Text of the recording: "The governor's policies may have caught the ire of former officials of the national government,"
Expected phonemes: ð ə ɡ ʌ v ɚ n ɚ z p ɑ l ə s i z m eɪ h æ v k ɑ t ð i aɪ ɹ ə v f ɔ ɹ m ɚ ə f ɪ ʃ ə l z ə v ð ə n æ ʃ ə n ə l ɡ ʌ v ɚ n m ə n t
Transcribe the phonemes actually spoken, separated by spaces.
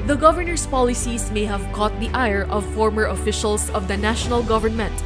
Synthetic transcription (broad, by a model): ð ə ɡ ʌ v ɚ n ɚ s p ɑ l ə s i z m eɪ h æ v k ɑ t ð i aɪ ɹ ə v f ɔ ɹ m ɚ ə f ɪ ʃ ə l s ə v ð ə n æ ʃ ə n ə l ɡ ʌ v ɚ n m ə n t